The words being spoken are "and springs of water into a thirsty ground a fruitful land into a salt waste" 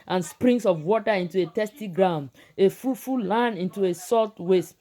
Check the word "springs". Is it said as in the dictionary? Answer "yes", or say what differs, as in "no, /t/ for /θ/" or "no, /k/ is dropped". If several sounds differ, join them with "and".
no, /s/ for /z/